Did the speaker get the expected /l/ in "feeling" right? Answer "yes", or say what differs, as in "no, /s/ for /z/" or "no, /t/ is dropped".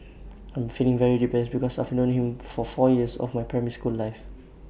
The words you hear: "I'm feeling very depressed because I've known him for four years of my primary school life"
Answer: yes